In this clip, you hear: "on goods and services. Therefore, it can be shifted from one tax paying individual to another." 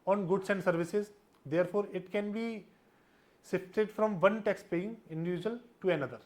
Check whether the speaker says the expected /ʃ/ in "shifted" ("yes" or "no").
no